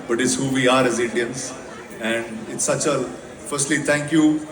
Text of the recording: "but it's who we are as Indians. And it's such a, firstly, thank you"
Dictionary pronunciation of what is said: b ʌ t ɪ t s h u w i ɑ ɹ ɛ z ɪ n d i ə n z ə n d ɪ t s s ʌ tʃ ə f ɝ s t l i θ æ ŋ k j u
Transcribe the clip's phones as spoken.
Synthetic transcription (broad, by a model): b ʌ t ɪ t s h u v i ɑ ɹ ɛ z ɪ n d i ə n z ə n d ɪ t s s ʌ tʃ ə f ɝ s t l i t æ ŋ k j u